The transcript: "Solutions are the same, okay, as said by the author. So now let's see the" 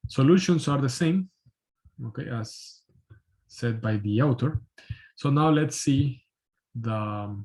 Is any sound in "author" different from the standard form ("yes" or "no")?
yes